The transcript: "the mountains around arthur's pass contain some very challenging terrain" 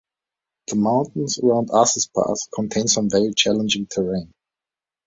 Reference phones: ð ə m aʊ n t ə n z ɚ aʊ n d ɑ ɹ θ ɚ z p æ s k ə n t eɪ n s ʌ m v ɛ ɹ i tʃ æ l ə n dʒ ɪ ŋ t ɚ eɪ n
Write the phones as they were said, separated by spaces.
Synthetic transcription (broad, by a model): ð ə m aʊ n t n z ɚ aʊ n d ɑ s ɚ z p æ θ k ə n t eɪ n s ʌ m v ɛ ɹ i tʃ æ l ə n dʒ ɪ ŋ t ɚ eɪ n